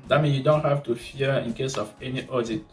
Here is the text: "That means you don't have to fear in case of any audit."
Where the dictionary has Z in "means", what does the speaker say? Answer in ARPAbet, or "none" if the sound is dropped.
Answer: none